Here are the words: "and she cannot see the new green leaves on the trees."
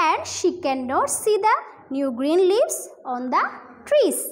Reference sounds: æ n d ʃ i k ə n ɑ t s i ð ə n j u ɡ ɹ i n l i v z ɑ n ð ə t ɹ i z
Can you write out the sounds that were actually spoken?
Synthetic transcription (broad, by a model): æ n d ʃ i k ə n ɑ t s i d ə n j u ɡ ɹ i n l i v s ɑ n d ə t ɹ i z